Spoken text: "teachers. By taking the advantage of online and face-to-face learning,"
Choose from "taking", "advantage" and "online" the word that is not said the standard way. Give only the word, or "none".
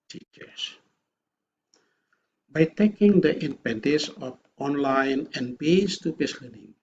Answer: advantage